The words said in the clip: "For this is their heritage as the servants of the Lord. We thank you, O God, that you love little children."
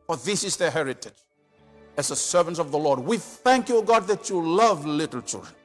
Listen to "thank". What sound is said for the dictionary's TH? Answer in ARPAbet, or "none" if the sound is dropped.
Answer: TH